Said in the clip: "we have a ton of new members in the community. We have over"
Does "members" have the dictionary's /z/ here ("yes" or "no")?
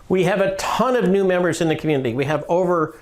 yes